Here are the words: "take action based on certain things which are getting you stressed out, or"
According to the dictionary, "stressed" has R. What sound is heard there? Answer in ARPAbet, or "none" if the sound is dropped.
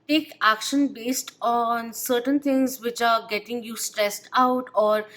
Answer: R